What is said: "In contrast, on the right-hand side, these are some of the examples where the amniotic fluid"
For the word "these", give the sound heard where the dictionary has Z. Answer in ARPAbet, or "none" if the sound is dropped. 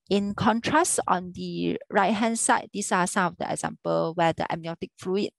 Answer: S